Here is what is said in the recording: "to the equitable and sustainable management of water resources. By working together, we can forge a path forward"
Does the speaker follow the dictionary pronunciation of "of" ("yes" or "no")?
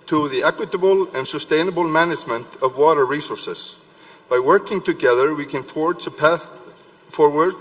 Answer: yes